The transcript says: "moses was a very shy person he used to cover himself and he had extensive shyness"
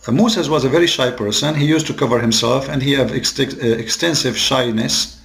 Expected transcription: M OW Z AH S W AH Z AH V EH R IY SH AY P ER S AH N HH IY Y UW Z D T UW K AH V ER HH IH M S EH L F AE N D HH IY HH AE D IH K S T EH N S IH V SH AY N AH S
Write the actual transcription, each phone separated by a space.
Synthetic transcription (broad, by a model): M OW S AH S W AH Z AH V EH R IY SH AY P ER S AH N HH IY Y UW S T UW K AH V ER HH IH M S EH L F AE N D HH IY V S IH K S T EH N S IH V SH AY N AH S